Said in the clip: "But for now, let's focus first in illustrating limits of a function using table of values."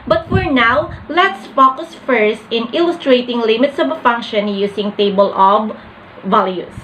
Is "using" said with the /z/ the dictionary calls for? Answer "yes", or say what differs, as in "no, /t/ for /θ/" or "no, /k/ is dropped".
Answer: no, /s/ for /z/